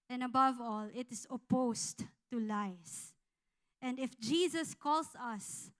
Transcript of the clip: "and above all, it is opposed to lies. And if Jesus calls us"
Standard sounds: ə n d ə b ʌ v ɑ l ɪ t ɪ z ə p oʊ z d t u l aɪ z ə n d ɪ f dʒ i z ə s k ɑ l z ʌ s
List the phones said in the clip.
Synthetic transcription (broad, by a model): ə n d ə b ʌ v ɑ l ɪ t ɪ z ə p oʊ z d t u l aɪ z ə n d ɪ f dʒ i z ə s k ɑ l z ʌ s